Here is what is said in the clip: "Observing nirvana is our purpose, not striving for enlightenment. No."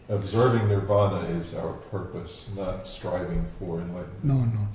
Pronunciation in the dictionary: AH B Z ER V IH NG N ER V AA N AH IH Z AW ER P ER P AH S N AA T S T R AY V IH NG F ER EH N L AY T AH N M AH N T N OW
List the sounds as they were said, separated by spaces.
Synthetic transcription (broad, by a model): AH B Z ER V IH NG N ER V AA N AH IH Z AW ER P ER P AH S N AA T S T R AY V IH NG F ER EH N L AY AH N AH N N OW